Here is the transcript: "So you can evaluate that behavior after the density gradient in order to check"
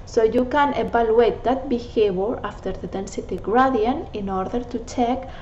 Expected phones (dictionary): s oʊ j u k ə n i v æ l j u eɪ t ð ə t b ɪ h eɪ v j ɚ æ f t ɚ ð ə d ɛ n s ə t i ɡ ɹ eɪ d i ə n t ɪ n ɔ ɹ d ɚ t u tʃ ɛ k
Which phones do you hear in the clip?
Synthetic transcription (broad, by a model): s oʊ j u k ə n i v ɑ l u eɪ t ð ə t b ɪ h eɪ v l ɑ f t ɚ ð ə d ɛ n s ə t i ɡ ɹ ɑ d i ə n ɪ n ɔ ɹ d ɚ t u tʃ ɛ k